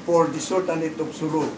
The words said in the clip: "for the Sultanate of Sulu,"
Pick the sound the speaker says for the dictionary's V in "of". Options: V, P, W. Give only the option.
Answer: P